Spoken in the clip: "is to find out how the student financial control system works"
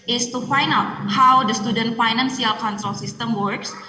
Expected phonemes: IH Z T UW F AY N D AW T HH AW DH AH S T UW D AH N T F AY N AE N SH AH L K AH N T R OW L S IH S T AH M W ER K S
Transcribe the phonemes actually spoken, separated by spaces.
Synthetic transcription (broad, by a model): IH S T UW F AY N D AW T HH AW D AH S T UW D AH N T F AY N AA N S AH L K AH N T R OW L S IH S T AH M W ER K S